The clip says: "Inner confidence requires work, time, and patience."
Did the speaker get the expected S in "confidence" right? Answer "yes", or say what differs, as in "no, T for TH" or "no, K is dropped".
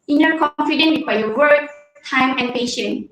no, S is dropped